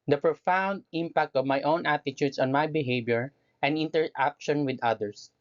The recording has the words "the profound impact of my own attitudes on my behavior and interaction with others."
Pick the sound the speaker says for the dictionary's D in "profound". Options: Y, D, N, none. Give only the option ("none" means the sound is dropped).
D